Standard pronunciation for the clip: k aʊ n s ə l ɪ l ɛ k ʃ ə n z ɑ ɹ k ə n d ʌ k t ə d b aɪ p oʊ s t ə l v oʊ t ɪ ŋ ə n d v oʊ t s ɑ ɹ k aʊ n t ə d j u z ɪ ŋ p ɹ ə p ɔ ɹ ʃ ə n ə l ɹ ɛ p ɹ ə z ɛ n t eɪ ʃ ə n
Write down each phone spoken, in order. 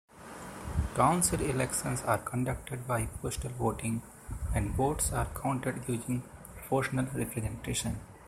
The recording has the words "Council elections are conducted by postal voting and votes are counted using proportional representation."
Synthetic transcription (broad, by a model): k aʊ n s ə l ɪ l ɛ k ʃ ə n s ɑ ɹ k ə n d ʌ k t ə d b aɪ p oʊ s t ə l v oʊ t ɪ ŋ ə n d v oʊ t s ɑ ɹ k aʊ n t ə d j u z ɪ ŋ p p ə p ɔ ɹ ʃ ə n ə l ɹ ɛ p ɹ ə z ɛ n t eɪ ʃ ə n